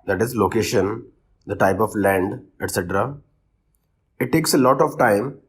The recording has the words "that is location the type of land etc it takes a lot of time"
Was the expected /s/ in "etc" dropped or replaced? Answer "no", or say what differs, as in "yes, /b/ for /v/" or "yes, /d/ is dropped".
no